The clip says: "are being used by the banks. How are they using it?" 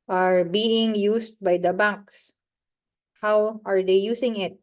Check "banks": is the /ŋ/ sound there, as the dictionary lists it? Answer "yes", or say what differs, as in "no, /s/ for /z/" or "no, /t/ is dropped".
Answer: no, /ŋ/ is dropped